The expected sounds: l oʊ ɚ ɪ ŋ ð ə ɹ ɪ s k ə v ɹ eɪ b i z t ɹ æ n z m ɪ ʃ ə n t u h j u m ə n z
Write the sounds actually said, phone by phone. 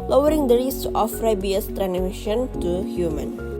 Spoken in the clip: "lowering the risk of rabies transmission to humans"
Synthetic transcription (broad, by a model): l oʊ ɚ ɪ ŋ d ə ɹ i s ə f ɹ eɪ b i s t ɹ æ n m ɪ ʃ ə n t u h j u m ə n